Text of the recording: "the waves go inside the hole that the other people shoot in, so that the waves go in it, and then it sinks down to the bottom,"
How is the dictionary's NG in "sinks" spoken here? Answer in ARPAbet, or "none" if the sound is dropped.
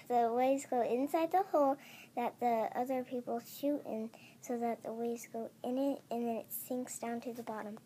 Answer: NG